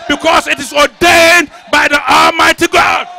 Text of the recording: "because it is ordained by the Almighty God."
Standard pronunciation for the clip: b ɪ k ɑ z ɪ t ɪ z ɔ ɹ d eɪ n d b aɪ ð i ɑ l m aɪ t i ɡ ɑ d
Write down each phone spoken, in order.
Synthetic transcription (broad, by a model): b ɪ k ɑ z ɪ t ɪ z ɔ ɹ d eɪ n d b aɪ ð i ɑ l m aɪ t i ɡ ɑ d